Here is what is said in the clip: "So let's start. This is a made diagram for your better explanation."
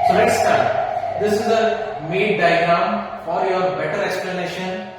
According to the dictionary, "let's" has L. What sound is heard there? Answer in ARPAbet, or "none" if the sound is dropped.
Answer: N